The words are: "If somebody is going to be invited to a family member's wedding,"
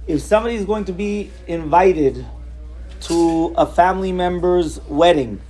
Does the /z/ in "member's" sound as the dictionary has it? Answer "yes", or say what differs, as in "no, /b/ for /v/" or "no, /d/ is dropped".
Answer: yes